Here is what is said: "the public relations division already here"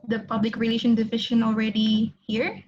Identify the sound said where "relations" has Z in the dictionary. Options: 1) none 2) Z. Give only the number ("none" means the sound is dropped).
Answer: 1